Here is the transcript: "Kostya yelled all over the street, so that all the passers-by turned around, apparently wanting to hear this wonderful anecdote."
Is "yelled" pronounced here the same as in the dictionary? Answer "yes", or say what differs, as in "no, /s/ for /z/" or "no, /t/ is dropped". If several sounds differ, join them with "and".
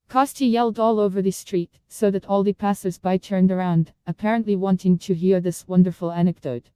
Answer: yes